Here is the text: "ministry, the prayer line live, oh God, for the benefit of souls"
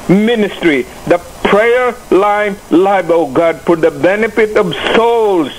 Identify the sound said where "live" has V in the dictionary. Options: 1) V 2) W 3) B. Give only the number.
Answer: 3